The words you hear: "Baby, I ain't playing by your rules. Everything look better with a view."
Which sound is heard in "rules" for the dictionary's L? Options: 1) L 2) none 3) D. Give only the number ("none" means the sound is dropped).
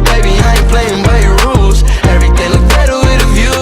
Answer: 1